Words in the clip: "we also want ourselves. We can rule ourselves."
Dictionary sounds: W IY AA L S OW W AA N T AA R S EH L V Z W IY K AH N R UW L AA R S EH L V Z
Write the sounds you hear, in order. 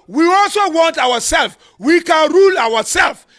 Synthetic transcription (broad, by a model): W IY AA L S OW W AA N T AA W S EH L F W IY K AH N R UW L AA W S EH L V